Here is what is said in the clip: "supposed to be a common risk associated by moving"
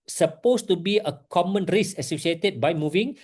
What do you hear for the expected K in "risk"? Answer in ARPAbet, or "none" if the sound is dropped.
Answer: none